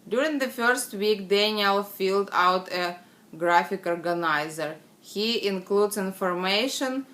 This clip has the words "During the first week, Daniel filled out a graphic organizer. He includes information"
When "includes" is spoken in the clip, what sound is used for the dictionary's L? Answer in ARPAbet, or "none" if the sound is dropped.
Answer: L